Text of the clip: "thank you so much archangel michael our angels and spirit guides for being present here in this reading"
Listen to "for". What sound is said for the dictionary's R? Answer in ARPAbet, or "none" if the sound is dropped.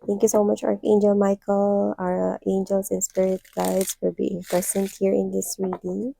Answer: L